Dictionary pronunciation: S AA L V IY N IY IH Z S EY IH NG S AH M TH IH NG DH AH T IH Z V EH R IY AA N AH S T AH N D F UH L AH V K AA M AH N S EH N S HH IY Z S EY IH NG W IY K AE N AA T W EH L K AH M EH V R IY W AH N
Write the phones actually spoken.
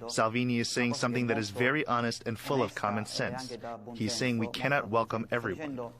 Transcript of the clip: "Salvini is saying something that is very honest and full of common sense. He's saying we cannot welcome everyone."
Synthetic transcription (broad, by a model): S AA L V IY N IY IH Z S EY IH NG S AH M TH IH NG DH AH T IH Z V EH R IY AA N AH S T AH N F UH L AH V K AA M AH N S EH N S HH IY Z S EY IH NG W IY K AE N AA T W EH L K AH M EH V R IY W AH N